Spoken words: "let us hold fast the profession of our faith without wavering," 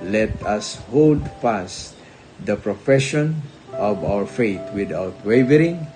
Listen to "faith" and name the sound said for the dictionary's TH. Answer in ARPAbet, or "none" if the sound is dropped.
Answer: T